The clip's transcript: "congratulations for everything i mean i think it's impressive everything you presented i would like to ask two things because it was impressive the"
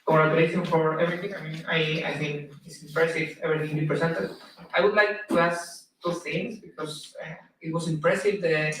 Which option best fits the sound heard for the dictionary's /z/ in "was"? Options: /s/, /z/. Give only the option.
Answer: /s/